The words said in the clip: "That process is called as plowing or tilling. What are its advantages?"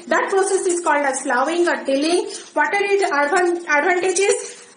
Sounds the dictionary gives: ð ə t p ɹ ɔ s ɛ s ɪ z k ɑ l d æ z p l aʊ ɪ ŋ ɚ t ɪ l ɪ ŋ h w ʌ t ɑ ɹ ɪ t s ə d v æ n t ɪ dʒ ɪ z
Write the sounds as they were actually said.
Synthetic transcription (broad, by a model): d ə t p ɹ ɔ s ɛ s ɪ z k ɑ l d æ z f l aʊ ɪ ŋ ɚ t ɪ l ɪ ŋ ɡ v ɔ t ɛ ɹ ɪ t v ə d v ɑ n t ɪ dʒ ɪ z